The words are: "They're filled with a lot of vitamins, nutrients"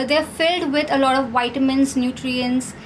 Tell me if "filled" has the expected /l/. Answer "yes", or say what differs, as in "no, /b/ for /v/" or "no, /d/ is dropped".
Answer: yes